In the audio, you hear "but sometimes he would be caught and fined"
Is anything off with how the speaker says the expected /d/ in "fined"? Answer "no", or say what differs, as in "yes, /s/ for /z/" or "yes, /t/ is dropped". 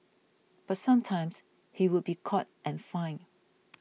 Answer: yes, /d/ is dropped